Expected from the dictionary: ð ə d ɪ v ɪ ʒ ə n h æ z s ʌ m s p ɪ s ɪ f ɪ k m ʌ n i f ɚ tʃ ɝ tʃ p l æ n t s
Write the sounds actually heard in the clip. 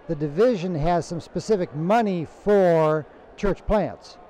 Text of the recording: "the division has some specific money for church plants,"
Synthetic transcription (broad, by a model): ð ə d ɪ v ɪ ʒ ə n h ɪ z s ʌ m s p ɪ s ɪ f ɪ k m ʌ n i f ɚ tʃ ɝ tʃ p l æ n t s